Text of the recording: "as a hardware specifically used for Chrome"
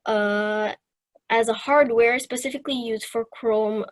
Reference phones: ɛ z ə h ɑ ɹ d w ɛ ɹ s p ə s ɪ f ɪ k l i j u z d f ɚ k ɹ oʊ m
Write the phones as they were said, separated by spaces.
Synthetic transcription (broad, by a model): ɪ z ə h ɑ ɹ d w ɛ ɹ s p ə s ɪ f ɪ k l i j u z d f ɚ k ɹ oʊ m